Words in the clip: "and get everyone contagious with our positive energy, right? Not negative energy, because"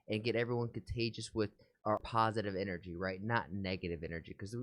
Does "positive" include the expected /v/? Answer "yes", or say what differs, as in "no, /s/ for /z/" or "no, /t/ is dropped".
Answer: yes